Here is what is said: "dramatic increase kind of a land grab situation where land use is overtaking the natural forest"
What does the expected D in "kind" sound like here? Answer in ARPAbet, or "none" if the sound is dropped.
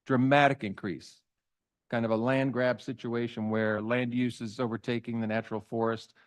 D